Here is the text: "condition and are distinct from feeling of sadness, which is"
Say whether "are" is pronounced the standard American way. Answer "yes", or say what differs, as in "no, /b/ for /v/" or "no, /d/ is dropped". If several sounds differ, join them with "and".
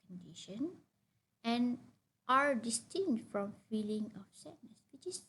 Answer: yes